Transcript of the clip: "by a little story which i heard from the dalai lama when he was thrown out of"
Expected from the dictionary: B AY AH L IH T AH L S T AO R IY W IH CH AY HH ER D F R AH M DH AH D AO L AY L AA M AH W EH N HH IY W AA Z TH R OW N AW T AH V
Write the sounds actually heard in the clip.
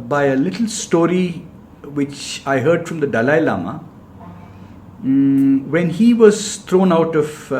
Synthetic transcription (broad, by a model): B AY AH L IH T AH L S T AO R IY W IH CH AY HH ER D F R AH M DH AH D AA L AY L AA M AH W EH N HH IY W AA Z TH R OW N AW T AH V